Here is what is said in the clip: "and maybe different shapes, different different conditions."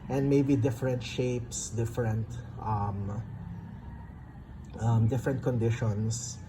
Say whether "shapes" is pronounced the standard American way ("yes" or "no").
yes